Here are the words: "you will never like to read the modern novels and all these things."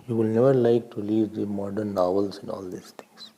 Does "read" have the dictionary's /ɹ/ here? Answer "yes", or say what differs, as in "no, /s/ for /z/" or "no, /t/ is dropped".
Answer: no, /l/ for /ɹ/